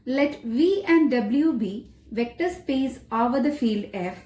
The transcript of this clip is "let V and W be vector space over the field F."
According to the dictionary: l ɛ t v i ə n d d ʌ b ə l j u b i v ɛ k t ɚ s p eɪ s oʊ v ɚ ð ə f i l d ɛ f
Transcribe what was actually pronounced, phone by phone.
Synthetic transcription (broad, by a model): l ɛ t v i ə n d d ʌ b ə l j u b i v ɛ k t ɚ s p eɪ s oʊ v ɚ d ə f i l d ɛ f